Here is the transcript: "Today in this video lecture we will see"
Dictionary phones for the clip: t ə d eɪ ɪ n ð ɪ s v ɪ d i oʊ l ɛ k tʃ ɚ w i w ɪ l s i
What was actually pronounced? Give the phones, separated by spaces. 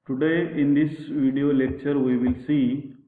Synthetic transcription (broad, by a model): t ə d eɪ ɪ n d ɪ s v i d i oʊ l ɛ k tʃ ɚ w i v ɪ l s i